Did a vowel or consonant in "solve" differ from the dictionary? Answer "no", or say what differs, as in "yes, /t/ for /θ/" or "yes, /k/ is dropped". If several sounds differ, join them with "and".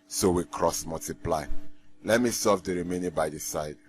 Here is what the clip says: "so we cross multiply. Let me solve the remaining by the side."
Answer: yes, /l/ is dropped